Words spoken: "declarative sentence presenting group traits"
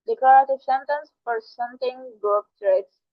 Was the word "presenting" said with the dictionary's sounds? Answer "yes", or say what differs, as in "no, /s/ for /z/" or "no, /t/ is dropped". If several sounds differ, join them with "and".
no, /f/ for /p/